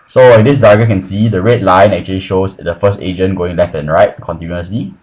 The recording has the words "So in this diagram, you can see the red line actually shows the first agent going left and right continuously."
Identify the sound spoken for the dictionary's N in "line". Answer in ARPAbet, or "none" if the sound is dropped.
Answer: N